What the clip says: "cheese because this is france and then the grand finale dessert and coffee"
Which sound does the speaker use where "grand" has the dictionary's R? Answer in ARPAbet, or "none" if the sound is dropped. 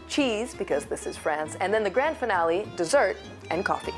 R